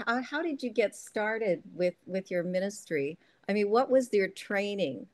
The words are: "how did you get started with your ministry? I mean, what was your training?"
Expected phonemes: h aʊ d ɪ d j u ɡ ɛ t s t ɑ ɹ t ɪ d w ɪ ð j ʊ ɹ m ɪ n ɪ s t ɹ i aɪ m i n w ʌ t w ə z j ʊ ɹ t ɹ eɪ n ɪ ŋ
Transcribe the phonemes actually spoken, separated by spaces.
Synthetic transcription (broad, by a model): h aʊ d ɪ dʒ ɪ ɡ ɛ t s t ɑ ɹ t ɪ d w ɪ ð j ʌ ɹ m ɪ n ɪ s t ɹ i aɪ m i n w ʌ t w ə z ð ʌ ɹ t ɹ eɪ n ɪ ŋ